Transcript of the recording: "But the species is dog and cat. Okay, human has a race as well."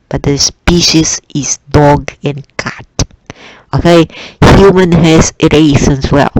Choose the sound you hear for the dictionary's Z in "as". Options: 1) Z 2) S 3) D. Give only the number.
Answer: 2